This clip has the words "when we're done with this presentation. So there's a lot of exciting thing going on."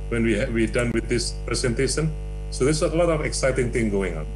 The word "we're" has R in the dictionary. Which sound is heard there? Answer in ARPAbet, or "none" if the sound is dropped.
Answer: W